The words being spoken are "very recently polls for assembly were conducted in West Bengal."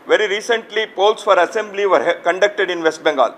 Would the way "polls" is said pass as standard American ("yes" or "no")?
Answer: no